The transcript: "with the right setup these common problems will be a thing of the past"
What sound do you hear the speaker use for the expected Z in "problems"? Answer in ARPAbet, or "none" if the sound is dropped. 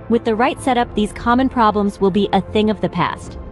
Z